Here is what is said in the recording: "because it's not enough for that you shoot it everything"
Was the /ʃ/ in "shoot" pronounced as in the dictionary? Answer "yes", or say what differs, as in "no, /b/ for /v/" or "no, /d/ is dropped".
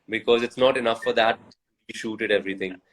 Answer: yes